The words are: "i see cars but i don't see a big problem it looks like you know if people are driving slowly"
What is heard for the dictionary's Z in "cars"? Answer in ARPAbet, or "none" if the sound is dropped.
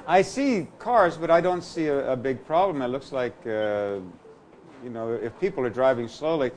Z